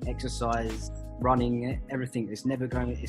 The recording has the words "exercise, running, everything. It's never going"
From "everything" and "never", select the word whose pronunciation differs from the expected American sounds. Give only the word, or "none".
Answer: none